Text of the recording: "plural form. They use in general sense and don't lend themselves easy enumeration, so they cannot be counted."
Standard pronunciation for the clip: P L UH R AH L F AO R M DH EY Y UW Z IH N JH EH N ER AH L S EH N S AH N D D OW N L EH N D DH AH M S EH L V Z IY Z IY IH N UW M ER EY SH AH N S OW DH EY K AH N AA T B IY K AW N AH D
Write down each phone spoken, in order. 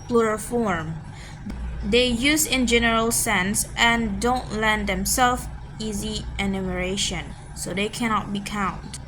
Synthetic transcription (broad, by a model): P L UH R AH F AO R M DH EY Y UW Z IH N JH EH N ER AH L S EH N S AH N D D OW N L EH N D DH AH M S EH L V IY Z IY IH N UW M ER EY SH AH N S OW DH EY K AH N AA T B IY K AW N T